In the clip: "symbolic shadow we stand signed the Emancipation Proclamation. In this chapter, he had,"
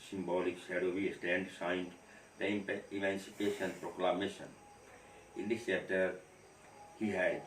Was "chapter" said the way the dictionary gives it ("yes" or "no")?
no